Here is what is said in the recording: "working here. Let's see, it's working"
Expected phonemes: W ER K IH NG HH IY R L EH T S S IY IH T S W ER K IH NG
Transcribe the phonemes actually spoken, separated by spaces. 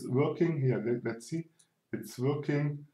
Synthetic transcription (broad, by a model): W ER K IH NG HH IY L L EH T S S IY IH T S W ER K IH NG